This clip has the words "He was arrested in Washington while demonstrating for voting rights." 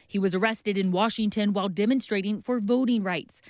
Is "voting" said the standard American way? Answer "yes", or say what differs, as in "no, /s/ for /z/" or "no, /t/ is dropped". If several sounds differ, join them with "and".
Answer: yes